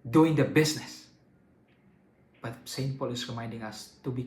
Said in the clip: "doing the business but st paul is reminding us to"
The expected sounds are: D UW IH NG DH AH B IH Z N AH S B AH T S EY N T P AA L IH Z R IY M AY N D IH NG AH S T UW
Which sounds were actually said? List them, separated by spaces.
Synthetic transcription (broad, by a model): D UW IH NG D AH B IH S N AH S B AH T S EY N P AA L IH S R IY M AY N D IH NG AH S T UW